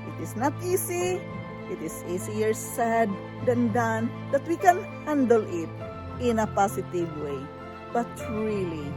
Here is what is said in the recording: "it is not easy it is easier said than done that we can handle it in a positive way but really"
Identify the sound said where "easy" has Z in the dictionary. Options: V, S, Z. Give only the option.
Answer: S